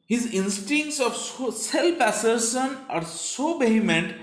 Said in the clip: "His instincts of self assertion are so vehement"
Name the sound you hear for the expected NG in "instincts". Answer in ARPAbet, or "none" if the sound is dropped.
NG